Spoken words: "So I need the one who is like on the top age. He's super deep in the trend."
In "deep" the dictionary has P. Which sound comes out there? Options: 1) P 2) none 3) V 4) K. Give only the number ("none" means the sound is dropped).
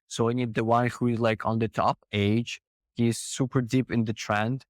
1